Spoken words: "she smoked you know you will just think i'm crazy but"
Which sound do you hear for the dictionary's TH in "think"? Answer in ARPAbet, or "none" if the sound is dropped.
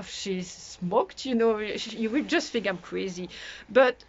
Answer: F